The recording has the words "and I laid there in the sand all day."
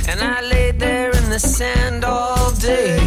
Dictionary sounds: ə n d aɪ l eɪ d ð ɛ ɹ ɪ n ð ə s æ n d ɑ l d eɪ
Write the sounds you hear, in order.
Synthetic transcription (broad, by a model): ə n aɪ l eɪ ð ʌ ɹ ɪ n ð ə s æ n d ɑ l d eɪ